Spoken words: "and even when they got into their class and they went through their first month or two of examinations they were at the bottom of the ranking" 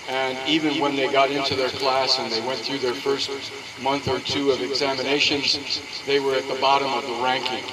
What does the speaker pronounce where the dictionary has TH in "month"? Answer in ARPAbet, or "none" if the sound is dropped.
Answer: TH